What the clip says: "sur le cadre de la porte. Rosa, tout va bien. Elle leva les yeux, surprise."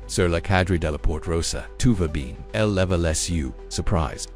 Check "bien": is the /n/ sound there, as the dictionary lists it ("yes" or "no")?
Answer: yes